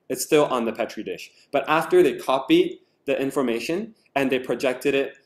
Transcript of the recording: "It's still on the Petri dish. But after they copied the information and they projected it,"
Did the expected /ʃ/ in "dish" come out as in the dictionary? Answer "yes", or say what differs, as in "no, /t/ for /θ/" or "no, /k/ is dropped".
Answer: yes